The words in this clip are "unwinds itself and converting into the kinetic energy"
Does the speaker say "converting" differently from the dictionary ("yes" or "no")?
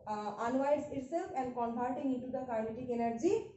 yes